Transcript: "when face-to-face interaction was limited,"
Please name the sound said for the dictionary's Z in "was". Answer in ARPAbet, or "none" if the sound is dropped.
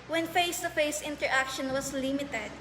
S